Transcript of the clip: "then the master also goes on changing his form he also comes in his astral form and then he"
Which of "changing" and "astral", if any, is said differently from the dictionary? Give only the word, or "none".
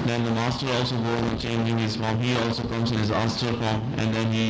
astral